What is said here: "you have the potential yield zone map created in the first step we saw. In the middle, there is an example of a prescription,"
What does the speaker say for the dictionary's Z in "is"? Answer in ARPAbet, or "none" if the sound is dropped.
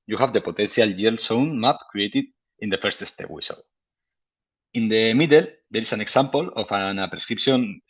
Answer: S